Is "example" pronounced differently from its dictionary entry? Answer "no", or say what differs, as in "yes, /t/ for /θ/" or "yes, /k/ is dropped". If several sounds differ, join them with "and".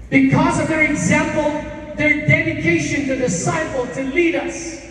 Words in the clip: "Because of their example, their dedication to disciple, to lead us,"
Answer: no